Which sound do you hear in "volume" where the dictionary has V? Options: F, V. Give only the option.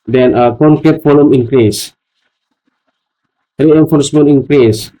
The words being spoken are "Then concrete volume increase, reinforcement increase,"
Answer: F